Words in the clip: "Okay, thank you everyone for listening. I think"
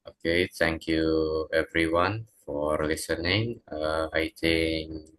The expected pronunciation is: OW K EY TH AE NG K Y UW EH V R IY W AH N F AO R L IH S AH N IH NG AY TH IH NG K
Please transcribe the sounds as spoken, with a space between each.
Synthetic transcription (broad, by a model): OW K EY T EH NG K Y UW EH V R IY W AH N F AO R L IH S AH N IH NG AY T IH NG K